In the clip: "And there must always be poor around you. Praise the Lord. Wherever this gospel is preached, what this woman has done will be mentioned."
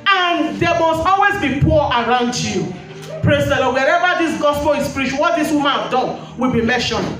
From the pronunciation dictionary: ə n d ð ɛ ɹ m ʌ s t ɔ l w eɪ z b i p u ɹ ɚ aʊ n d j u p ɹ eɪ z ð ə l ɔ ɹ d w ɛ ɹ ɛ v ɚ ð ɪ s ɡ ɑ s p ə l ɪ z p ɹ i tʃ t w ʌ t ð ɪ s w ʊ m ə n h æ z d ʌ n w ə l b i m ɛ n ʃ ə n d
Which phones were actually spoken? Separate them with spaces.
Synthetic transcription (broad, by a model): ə n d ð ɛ m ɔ s t ɔ l w eɪ z b i p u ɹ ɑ aʊ n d j u p ɹ eɪ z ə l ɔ w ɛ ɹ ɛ v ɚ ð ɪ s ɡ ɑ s f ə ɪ s p ɹ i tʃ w w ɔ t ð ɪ s w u m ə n d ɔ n w ə l b i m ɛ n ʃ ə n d